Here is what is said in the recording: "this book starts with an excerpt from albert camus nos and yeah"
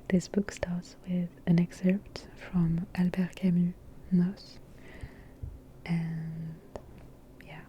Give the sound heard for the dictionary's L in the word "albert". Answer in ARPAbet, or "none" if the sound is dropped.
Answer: L